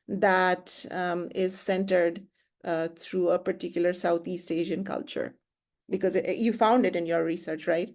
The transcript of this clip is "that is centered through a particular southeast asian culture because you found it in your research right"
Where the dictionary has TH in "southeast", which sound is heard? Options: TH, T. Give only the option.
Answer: T